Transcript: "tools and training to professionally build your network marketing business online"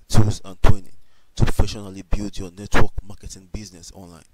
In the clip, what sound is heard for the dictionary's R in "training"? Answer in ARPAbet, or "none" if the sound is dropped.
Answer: W